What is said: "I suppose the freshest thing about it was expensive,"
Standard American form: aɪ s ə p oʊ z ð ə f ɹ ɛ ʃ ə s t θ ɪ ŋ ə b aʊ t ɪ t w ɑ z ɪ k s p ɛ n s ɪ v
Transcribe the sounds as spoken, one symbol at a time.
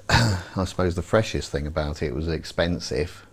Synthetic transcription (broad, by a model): aɪ s ə p oʊ z ð ə f ɹ ɛ ʃ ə s θ ɪ ŋ ə b aʊ t ɪ t w ɑ z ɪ k s p ɛ n s ɪ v